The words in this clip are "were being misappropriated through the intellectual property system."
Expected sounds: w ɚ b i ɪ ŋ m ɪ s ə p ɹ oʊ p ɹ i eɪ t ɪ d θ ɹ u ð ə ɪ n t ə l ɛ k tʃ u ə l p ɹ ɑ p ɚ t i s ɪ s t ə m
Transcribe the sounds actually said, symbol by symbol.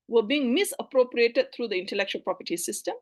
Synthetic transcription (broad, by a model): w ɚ b i ɪ ŋ m ɪ s ə p ɹ oʊ p ɹ i eɪ t ɪ d t ɹ u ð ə ɪ n t ə l ɛ k tʃ u ə l p ɹ ɑ p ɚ t i s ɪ s t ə m